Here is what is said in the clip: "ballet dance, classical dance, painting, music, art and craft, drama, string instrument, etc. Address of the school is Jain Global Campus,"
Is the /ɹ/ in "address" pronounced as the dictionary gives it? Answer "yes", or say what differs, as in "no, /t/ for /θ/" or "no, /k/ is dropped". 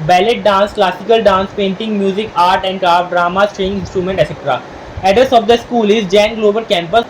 no, /ɹ/ is dropped